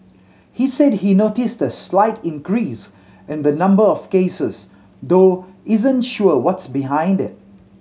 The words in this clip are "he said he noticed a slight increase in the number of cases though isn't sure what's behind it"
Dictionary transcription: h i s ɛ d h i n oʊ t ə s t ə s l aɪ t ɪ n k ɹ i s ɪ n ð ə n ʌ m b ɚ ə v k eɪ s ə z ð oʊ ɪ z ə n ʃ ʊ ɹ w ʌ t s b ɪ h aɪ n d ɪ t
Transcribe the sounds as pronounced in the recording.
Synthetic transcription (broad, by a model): h i s ɛ d h i n oʊ t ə s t ə s l aɪ t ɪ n k ɹ i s ɪ n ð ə n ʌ m b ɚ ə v k eɪ s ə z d oʊ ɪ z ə n ʃ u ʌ w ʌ t s b ɪ h aɪ n d ɪ t